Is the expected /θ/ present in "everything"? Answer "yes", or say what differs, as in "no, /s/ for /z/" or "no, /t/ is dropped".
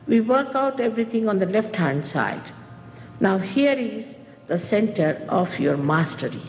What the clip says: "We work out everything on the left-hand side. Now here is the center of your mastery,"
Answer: no, /t/ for /θ/